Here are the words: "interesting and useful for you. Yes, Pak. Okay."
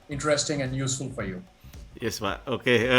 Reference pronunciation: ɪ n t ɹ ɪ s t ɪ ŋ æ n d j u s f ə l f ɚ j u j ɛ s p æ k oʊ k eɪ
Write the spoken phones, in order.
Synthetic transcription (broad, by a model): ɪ n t ɹ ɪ s t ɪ ŋ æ n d j u s f ə l f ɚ j u j ɛ s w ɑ oʊ k eɪ